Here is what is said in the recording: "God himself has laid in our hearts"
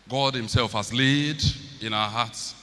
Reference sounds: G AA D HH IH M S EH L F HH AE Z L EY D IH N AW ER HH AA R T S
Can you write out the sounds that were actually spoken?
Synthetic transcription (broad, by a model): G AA D HH IH M S EH L F HH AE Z L EY D IH N AW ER HH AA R T S